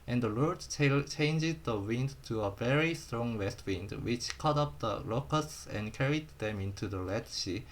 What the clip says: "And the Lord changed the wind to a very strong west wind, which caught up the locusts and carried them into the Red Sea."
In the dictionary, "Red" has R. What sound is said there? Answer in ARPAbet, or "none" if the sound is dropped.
L